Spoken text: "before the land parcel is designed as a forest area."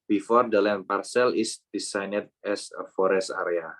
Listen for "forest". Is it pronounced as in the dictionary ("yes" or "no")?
yes